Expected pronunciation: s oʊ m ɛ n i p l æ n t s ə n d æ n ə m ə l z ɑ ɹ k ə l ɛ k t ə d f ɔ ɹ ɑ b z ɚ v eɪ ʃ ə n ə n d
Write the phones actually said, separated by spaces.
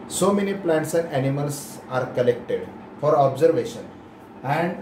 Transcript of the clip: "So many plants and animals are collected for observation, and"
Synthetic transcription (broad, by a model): s oʊ m ɛ n i p l æ n t s ə n d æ n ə m ə l s ɑ ɹ k ə l ɛ k t ə d f ɔ ɹ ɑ b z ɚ v eɪ ʃ ə n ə n d